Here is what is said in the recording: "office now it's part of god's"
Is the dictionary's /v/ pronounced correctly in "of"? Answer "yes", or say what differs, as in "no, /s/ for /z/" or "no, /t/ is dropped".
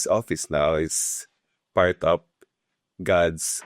no, /p/ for /v/